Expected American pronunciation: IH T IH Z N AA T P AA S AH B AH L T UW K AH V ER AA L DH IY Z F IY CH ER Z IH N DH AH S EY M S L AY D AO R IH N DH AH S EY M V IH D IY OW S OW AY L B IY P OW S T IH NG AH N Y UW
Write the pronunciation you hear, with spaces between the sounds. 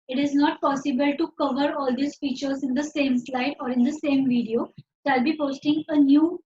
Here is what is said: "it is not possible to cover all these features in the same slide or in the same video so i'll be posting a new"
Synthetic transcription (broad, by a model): IH T IH Z N AA T P AA S AH B AH L T UW K AH V ER AA L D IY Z F IY CH ER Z IH N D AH S EY M S L AY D AO R IH N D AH S EY M V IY D IY OW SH AY L B IY P OW S T IH NG AH N Y UW